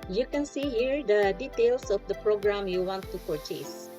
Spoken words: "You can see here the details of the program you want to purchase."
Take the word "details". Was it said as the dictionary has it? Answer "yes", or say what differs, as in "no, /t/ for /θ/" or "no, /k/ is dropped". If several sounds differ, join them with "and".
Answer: no, /s/ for /z/